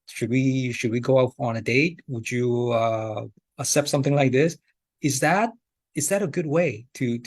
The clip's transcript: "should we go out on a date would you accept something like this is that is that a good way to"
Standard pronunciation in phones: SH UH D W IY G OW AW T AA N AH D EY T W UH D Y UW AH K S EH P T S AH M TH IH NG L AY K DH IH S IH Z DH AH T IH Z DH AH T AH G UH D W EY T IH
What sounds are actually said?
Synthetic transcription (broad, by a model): SH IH D W IY G OW AW T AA N AH D EY T W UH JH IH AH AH S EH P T S AH M TH IH NG L AY K DH IH S IH Z DH AH T IH Z DH AH T AH G UH D W EY T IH